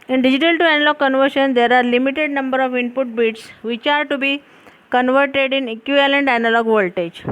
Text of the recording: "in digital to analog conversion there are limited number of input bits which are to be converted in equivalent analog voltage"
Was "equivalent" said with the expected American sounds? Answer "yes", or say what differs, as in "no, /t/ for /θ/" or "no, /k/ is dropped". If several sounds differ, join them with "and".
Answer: no, /v/ is dropped